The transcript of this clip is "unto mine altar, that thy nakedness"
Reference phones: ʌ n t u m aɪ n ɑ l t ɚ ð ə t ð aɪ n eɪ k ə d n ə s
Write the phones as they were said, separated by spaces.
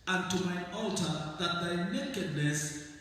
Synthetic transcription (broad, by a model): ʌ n t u m aɪ ɑ l t ɚ ð ə t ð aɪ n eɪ k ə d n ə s